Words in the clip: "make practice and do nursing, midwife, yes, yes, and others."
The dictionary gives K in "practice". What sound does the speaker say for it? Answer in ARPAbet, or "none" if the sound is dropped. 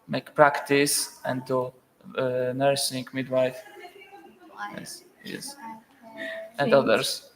K